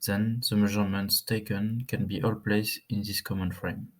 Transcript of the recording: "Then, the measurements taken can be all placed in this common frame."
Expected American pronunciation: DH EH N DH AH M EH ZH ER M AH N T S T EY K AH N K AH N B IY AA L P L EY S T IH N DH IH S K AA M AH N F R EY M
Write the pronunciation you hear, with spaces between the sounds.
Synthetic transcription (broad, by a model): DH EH N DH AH M EH ZH ER M AH N T S T EY K AH N K AH N B IY AA L P L EY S IH N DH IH S K AA M AH N F R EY M